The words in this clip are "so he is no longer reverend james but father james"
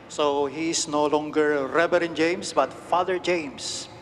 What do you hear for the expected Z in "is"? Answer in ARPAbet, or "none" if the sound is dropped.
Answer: S